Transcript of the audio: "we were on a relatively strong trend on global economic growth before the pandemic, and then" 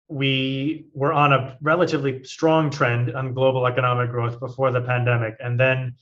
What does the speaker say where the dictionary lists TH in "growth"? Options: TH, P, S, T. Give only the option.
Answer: TH